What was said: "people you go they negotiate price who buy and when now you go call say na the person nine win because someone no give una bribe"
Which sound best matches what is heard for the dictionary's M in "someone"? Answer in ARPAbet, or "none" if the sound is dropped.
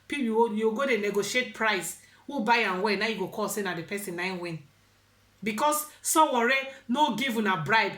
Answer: none